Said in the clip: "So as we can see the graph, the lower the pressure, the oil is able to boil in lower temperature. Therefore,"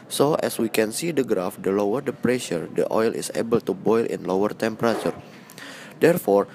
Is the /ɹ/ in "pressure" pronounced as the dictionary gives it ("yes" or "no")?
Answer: yes